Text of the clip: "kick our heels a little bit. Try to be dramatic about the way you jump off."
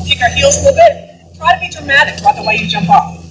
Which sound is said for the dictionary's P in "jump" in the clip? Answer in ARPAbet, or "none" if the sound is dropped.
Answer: P